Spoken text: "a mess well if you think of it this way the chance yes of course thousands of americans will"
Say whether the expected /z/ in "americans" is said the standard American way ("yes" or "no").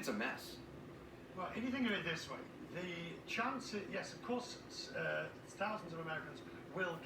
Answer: yes